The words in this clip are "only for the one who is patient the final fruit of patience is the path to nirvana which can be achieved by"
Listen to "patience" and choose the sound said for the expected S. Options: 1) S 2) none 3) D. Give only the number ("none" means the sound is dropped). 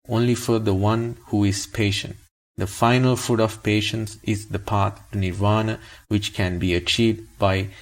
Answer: 1